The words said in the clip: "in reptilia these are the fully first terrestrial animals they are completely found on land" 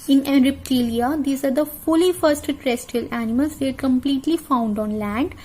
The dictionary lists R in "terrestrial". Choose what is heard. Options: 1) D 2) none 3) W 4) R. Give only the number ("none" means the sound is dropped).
2